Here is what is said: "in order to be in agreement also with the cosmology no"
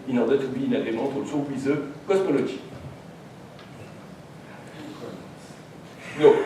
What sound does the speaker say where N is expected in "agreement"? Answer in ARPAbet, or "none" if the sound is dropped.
none